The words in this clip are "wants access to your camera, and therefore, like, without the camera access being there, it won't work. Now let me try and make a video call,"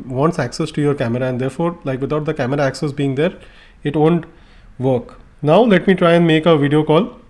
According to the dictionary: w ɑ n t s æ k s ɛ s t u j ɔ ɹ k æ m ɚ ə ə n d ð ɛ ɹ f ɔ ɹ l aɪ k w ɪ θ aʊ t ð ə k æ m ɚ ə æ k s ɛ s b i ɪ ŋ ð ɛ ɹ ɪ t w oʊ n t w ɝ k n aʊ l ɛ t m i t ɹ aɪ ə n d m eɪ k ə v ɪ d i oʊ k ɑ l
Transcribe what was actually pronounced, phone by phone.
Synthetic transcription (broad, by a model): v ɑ n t s æ k s ɛ s t u j ɔ ɹ k æ m ɚ ə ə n d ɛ ɹ f ɔ ɹ l aɪ k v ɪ t aʊ t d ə k æ m ɚ ə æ k s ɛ s b i ɪ ŋ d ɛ ɹ ɪ t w oʊ n t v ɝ k n aʊ l ɛ t m i t ɹ aɪ ə n d m eɪ k ə v ɪ d i oʊ k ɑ l